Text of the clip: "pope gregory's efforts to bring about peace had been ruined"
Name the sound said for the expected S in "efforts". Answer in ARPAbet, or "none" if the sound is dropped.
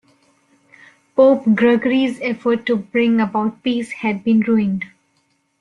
none